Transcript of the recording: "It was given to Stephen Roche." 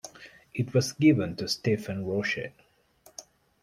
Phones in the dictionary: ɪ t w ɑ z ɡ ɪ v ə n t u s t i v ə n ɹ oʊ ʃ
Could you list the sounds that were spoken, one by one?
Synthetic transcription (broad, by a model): ɪ t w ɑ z ɡ ɪ v ə n t u s t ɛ f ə n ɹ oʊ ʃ